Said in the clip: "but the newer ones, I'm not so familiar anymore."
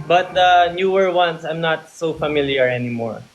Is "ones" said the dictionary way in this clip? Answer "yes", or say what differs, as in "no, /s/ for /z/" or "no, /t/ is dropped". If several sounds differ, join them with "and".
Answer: no, /s/ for /z/